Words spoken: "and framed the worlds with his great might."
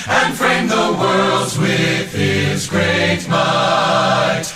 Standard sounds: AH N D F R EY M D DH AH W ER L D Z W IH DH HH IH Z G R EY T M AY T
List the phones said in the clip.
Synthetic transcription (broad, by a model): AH N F R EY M DH AH W ER L D Z W IH DH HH IH Z G R EY T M AY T